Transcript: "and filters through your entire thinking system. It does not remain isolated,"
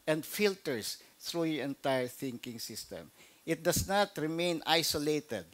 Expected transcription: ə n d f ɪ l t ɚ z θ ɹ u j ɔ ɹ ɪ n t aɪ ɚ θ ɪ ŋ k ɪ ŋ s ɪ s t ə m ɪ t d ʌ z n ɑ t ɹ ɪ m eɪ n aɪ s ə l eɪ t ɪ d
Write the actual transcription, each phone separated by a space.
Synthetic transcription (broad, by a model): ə n d f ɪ l t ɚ s θ ɹ u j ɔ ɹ ɪ n t aɪ ɚ θ ɪ ŋ k ɪ ŋ s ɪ s t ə m ɪ t d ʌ s n ɑ t ɹ ɪ m eɪ n aɪ s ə l eɪ t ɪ d